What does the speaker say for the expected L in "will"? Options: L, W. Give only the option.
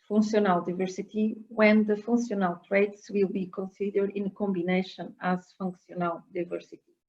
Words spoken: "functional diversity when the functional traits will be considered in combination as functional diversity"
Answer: L